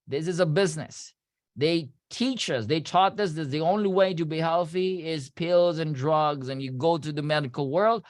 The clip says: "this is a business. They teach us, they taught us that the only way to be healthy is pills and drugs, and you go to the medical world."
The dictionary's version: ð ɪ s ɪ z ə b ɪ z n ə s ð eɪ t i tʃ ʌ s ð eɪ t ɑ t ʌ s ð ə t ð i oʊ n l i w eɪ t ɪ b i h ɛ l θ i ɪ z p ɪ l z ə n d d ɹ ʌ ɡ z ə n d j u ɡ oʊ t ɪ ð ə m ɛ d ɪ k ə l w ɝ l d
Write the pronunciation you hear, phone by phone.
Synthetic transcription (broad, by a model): ð ɪ s ɪ z ə b ɪ z n ə s ð eɪ t i tʃ ʌ s ð eɪ t ɑ t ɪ s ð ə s ð i oʊ n l i w eɪ t ɪ b i h ɛ l θ i ɪ z p ɪ l z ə n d d ɹ ʌ ɡ z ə n j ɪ ɡ oʊ t ɪ ð ə m ɛ d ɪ k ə l w ɝ l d